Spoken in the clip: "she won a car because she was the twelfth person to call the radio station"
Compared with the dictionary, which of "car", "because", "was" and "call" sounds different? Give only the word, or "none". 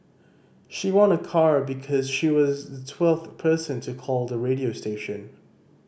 none